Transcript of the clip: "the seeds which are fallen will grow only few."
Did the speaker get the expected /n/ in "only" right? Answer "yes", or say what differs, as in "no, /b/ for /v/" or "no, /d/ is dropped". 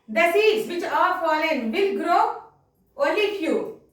no, /n/ is dropped